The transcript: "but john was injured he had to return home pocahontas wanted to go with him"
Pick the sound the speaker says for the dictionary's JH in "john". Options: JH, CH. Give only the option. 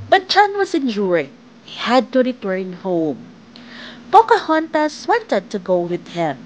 CH